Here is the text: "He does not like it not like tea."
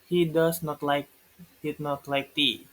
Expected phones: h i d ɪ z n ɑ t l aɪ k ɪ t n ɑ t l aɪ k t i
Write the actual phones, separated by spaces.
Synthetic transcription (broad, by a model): h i d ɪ s n ɑ t l aɪ k ɪ t n ɑ t l aɪ k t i